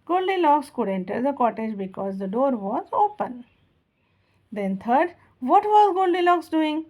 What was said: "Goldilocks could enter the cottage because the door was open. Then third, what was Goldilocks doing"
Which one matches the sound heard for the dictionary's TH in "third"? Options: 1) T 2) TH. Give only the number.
1